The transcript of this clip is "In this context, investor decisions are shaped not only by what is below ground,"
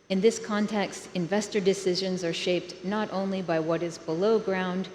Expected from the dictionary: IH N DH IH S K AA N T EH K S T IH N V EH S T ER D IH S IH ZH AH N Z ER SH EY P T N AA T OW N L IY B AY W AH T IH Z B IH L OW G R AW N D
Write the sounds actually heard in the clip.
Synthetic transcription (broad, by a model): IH N DH IH S K AA N T EH K S T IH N V EH S T ER D IH S IH ZH AH N Z ER SH EY P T N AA T OW N L IY B AY W AH T IH Z B IH L OW G R AW N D